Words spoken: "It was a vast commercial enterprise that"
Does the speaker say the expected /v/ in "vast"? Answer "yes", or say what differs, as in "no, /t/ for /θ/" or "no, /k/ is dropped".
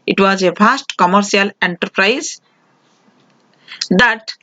no, /f/ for /v/